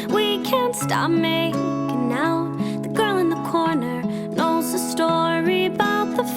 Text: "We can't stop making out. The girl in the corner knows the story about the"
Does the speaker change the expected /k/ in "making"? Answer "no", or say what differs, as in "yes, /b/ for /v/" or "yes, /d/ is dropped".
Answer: yes, /k/ is dropped